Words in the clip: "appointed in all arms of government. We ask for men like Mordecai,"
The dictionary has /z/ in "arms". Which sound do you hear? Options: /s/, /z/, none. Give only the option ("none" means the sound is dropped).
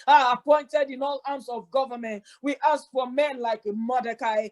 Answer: /s/